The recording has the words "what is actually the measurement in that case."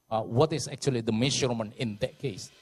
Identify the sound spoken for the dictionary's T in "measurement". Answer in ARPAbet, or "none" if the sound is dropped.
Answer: none